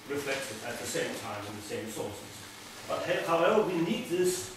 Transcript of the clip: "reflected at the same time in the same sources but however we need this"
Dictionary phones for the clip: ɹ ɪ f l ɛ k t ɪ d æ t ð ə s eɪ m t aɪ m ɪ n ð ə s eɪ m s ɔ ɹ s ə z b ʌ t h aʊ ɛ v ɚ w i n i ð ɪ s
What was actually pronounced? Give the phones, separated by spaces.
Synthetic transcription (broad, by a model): ɹ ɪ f l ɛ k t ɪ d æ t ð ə s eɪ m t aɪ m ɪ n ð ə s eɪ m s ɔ l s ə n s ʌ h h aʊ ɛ ɚ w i n i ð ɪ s